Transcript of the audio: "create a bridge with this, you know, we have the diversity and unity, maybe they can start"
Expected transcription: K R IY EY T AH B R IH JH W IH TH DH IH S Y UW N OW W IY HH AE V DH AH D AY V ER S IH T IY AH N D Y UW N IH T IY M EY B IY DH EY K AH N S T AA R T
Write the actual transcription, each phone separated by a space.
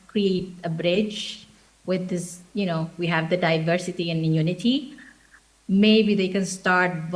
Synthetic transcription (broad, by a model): K R IY EY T AH B R IH JH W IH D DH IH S Y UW N OW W IY HH AE V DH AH D AY V ER S IH T IY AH N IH Y UW N IH T IY M EY B IY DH EY K AH N S T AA R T